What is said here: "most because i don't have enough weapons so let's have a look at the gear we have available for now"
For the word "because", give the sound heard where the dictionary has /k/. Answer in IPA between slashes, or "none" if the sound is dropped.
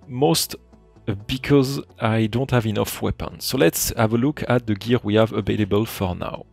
/k/